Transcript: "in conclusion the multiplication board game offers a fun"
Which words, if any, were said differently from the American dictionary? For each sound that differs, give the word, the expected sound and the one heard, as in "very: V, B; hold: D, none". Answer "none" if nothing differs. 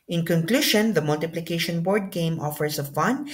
conclusion: ZH, SH; offers: Z, S